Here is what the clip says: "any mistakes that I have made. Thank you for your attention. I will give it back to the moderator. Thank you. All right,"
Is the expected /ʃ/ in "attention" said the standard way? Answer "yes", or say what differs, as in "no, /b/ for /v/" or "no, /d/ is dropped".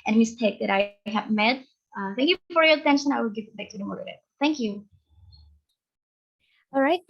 yes